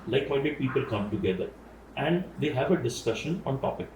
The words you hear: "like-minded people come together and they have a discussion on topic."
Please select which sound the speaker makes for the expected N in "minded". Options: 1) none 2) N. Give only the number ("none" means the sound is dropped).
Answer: 1